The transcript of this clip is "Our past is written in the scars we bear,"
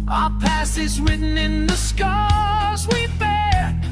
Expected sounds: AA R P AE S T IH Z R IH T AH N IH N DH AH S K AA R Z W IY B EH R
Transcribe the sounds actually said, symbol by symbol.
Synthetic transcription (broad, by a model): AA P AE S IH Z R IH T N IH N DH AH S K AA R Z W IY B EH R